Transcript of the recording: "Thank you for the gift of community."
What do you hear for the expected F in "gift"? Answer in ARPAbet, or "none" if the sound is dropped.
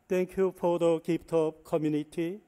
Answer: P